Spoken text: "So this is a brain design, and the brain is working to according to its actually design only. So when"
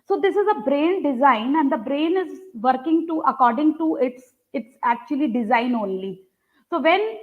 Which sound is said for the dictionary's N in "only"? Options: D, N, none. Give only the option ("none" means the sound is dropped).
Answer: N